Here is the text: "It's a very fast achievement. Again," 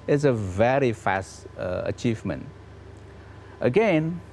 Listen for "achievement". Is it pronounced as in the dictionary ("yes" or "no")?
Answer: yes